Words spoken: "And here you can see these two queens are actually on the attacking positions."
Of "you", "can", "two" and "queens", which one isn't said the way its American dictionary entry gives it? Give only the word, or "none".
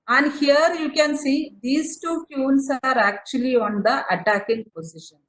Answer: queens